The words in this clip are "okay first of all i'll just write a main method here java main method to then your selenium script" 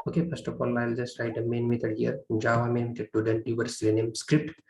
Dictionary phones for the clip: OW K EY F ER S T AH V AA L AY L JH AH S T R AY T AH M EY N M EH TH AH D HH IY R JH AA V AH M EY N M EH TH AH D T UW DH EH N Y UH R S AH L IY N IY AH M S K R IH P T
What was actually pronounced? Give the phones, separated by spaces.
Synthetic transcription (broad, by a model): OW K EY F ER S T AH P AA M AY L JH AH S T R AY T AH M EY N M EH T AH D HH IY R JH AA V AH M EY N M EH T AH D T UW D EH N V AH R S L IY N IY M S K R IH P T